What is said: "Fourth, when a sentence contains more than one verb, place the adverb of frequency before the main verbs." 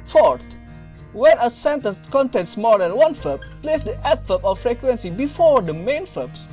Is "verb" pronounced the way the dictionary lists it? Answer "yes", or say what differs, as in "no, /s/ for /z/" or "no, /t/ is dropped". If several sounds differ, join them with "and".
no, /f/ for /v/